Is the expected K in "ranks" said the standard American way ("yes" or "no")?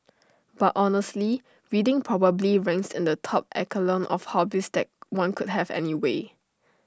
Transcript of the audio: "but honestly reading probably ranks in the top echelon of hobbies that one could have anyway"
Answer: no